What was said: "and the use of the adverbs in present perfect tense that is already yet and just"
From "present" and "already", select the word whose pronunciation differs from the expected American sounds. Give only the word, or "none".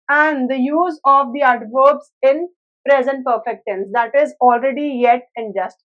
none